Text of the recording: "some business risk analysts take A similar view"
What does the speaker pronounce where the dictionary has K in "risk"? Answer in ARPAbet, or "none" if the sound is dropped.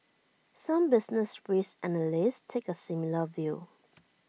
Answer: none